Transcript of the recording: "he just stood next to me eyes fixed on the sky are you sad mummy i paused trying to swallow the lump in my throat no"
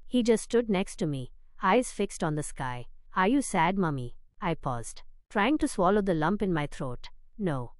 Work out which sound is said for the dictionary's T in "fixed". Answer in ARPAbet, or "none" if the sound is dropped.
T